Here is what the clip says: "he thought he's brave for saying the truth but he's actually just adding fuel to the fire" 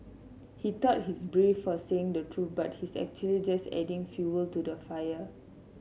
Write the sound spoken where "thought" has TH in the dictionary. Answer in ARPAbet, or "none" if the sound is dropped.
T